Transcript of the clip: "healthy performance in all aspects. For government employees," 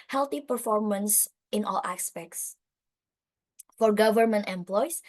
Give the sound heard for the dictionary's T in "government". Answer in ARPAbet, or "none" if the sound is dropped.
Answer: T